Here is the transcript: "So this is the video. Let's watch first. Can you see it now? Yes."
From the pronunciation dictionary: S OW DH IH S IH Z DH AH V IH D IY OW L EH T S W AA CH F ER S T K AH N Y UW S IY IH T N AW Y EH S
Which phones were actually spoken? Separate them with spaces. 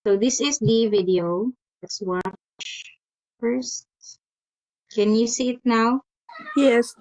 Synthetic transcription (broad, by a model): S OW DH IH S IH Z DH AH V IH D IY OW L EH T S W AA CH F ER S T K AH N Y UW S IY IH T N AW Y EH S